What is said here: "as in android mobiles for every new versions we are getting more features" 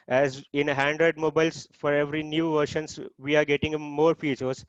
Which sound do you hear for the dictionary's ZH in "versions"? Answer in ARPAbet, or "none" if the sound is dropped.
SH